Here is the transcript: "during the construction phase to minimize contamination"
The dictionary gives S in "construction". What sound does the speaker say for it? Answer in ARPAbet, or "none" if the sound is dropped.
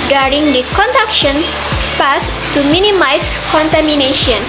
none